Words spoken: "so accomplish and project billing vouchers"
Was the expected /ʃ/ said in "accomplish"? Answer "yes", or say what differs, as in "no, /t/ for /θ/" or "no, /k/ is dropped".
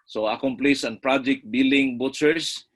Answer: no, /s/ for /ʃ/